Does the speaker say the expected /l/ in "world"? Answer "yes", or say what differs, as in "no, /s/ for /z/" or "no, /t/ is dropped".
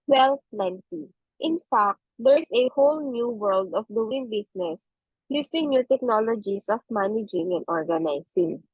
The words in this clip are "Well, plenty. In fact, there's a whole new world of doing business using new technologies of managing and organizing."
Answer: yes